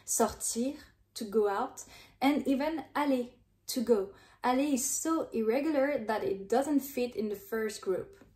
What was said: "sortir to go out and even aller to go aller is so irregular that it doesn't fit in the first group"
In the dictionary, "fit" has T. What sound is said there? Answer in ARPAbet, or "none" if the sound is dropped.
T